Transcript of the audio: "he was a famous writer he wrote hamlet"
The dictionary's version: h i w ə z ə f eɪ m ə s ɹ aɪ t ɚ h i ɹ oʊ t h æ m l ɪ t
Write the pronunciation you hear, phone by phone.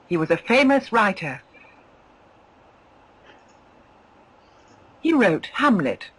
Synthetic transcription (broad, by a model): h i w ə z ə f eɪ m ə s ɹ aɪ t ɚ h i ɹ oʊ t h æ m l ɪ t